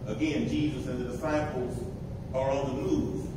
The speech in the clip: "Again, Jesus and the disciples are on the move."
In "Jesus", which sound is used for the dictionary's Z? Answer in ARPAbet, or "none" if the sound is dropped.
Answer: Z